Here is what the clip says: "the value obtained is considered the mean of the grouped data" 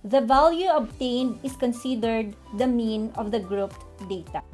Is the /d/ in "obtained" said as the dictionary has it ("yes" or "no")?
yes